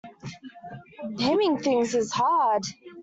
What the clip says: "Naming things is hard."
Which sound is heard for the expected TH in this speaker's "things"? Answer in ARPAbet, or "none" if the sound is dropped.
TH